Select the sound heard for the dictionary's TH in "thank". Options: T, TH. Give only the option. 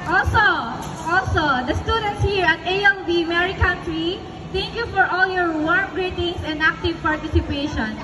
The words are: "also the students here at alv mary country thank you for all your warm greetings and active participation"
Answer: T